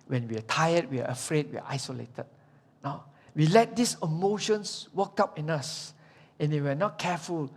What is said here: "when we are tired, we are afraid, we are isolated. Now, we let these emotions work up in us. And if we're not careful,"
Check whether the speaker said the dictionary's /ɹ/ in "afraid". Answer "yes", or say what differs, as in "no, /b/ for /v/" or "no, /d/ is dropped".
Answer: yes